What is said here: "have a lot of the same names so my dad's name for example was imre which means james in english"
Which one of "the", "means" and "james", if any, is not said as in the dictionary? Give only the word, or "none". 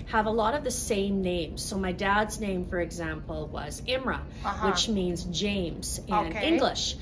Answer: none